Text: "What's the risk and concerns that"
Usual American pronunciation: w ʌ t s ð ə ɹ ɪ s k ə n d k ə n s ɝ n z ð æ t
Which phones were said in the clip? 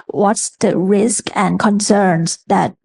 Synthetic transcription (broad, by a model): w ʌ t s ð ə ɹ ɪ s k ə n k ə n s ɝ n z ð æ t